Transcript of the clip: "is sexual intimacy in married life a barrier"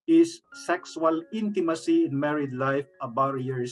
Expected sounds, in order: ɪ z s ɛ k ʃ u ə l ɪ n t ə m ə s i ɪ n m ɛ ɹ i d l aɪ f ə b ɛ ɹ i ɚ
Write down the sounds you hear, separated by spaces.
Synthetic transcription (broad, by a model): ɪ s s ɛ k s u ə l ɪ n t ə m ə s i ɪ n m ɛ ɹ i d l aɪ f ə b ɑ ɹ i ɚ